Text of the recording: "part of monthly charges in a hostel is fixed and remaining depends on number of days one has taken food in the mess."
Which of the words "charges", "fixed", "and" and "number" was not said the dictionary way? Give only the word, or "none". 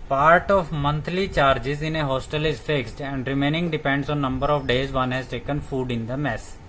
none